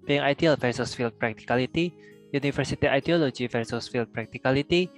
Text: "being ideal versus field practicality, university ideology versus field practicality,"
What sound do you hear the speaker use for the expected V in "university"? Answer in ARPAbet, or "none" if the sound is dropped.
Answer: F